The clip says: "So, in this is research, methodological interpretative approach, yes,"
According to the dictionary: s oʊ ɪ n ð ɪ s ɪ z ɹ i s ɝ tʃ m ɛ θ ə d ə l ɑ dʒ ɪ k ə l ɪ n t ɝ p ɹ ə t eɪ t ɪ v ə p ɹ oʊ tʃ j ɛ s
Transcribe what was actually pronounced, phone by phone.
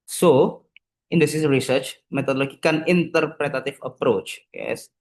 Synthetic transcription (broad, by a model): s oʊ ɪ n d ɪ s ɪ s ɹ i s ɝ tʃ m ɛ t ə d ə l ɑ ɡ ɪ k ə n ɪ n t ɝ p ɹ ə t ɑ t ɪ f ə p ɹ oʊ tʃ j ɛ s